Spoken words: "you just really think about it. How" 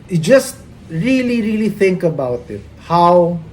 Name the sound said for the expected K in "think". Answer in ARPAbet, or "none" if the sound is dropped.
K